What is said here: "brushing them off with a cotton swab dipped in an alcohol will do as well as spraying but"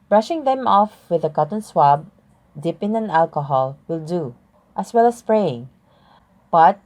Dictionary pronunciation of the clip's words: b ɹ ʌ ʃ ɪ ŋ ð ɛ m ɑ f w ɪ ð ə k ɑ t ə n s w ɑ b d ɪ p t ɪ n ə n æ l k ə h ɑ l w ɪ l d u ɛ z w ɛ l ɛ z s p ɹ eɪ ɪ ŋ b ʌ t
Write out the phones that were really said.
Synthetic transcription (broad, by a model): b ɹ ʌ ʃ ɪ ŋ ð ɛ m ɑ f w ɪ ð ə k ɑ t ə n s w ɑ b d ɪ p ɪ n ə n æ l k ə h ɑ l w ɪ l d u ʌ s w ɛ l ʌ s p ɹ eɪ ɪ ŋ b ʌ t